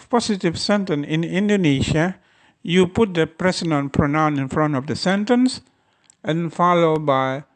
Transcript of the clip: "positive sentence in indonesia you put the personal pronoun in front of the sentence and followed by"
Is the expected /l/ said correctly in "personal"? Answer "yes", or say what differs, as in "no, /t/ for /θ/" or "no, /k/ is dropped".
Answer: no, /n/ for /l/